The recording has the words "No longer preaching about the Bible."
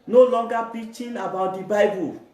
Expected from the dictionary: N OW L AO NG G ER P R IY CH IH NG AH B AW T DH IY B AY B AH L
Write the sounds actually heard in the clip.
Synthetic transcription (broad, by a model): N OW L AO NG G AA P IY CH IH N AH B AW T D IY B AY B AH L